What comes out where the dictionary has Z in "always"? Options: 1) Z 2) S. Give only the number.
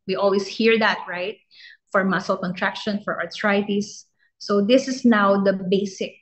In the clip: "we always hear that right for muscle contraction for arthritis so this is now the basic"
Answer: 2